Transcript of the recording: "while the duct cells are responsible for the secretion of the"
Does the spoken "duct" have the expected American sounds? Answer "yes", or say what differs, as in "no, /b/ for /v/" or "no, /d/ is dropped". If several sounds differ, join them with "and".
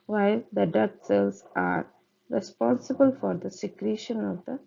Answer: no, /k/ is dropped